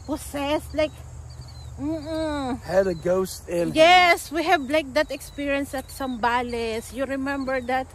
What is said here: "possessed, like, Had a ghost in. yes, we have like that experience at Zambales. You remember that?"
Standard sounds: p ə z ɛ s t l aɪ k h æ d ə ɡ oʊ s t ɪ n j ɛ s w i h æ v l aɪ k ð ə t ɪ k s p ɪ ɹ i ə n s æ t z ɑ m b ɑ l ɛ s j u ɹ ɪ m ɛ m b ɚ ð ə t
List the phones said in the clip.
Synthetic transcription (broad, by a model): p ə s ɛ s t l aɪ k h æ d ə ɡ oʊ s t ɪ n j ɛ s w i h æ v l aɪ k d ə t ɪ k s p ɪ ɹ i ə n s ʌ t s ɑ m b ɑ l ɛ s j u ɹ ɪ m ɛ m b ɚ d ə t